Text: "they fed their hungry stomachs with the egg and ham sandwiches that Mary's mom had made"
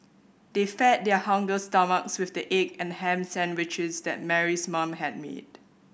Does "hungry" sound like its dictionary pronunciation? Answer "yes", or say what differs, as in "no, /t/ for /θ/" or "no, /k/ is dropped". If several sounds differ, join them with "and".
no, /ɹ/ is dropped